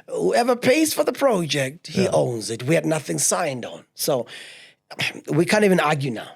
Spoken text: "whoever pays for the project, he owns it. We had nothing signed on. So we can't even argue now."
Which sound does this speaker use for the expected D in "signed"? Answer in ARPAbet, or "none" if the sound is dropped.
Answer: D